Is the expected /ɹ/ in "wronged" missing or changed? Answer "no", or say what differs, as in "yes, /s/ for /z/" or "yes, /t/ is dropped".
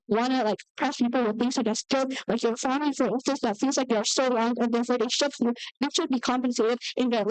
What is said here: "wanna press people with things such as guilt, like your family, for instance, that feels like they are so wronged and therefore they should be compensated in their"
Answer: yes, /l/ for /ɹ/